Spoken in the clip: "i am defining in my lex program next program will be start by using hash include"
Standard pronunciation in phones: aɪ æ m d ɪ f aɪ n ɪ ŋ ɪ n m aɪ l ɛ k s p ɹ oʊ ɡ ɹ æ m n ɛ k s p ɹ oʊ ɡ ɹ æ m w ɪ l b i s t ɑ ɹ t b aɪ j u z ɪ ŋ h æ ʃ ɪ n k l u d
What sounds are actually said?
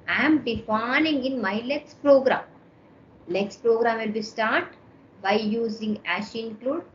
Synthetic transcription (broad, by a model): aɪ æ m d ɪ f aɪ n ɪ ŋ ɪ n m aɪ l ɛ k s p ɹ oʊ ɡ ɹ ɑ m l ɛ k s p ɹ oʊ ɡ ɹ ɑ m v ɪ l b i s t ɑ ɹ t b aɪ j u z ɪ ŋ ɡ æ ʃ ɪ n k l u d